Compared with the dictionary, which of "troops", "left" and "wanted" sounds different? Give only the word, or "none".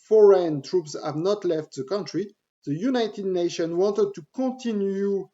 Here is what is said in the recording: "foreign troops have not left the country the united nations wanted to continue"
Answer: none